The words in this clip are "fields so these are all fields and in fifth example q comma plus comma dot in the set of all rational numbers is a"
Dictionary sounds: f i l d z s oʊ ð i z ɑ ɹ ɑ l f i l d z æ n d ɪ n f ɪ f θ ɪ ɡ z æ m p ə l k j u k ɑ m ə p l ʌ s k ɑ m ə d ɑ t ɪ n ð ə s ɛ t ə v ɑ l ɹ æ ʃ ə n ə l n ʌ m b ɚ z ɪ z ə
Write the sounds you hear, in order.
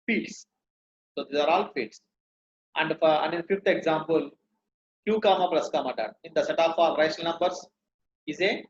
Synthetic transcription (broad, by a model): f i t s s oʊ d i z ɑ ɹ ɑ l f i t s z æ n d ɪ n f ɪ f t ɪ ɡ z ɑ m p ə l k j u k ɑ m ə p l ʌ s k ɑ m ə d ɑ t ɪ n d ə s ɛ t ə p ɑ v ɹ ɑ ə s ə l n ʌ m b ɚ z ɪ z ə